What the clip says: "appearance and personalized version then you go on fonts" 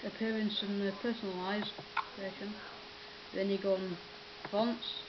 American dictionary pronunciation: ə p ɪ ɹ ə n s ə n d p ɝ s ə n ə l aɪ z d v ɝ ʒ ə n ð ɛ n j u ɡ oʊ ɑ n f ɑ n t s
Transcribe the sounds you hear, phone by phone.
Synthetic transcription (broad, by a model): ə p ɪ ɹ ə n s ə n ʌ p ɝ s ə n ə l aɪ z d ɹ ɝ ʃ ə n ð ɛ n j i ɡ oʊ ɑ n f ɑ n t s